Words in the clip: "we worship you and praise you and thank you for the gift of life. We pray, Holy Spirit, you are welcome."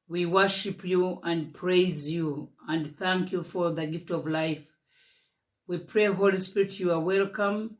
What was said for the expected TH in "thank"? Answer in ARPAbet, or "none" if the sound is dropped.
TH